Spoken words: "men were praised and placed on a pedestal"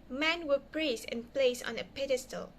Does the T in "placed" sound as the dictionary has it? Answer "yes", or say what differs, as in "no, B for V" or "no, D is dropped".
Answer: no, T is dropped